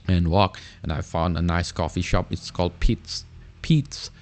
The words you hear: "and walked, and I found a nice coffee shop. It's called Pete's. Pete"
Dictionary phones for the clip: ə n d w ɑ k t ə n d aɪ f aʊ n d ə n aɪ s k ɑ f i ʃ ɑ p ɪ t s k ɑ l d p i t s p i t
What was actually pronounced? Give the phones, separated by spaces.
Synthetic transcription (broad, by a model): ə n w ɑ k ə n aɪ f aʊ n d ə n aɪ s k ɑ f i ʃ ɑ p ɪ t s k ɑ l d p i t s p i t